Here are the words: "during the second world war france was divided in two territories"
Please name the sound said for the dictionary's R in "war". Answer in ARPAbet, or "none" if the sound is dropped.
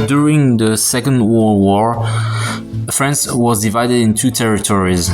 R